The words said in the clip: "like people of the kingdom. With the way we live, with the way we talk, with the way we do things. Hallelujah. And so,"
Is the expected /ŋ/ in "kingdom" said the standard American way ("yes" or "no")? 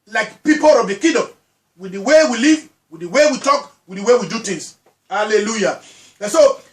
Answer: no